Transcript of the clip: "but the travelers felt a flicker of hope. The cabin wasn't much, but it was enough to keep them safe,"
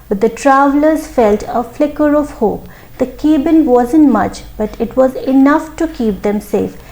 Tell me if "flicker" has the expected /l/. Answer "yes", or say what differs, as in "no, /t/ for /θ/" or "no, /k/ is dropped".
yes